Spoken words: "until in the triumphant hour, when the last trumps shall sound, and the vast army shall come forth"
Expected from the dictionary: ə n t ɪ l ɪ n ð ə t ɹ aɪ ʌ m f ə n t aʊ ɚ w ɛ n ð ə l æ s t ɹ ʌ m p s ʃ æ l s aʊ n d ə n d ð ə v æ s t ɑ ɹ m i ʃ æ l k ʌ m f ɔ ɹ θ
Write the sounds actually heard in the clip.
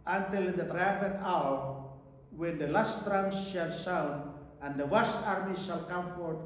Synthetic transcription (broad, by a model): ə n t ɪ l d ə t ɹ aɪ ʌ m p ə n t aʊ ɚ w ɛ n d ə l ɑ s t ɹ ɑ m s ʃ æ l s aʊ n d ə n d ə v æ s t ɑ ɹ m i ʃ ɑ l k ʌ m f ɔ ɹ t